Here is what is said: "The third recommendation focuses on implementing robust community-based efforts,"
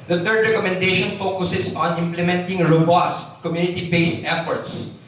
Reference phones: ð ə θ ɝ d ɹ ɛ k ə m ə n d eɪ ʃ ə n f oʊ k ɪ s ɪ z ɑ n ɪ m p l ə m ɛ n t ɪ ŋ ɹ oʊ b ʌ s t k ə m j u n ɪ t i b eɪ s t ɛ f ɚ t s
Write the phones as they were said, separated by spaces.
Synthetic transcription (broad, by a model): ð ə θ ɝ d ɹ ɛ k ə m ə n d eɪ ʃ ə n f oʊ k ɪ s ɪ s ɑ n ɪ m p l ə m ɛ n t ɪ ŋ ɹ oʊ b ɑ s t k ə m j u n ɪ t i b eɪ s t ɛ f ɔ t s